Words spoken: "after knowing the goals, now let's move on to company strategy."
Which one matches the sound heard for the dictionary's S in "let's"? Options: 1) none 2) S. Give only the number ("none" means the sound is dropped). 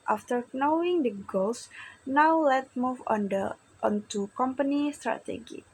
1